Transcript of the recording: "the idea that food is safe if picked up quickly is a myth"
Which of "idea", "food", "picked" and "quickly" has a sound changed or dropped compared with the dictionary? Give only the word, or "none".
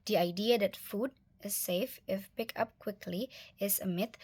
picked